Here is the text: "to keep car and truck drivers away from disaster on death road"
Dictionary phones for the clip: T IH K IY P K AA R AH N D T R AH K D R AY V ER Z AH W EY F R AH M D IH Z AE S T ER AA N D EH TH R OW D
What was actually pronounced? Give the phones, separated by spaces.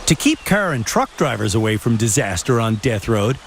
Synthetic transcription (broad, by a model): T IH K IY P K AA R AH N T R AH K D R AY V ER Z AH W EY F R AH M D IH Z AE S T ER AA N D EH TH R OW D